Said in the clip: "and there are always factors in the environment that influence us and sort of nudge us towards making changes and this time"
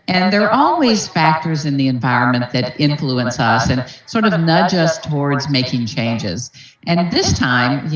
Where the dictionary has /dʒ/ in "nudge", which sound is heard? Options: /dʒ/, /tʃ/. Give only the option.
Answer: /dʒ/